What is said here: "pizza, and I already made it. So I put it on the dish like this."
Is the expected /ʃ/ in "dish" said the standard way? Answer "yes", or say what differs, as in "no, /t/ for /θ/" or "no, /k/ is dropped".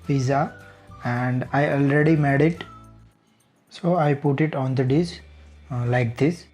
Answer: no, /s/ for /ʃ/